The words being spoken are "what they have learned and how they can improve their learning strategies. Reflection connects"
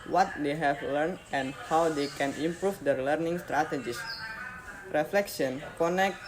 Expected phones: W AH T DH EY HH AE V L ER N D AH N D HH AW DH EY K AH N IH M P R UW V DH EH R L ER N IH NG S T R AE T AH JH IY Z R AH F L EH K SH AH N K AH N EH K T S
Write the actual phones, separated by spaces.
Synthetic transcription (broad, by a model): W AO T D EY HH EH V L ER N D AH N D HH AW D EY K AH N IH M P R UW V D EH R L ER N IH NG S T R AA T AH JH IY S R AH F L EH K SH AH N K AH N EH K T